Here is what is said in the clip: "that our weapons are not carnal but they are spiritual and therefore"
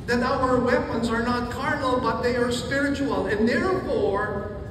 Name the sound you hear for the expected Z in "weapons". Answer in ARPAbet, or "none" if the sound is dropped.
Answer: Z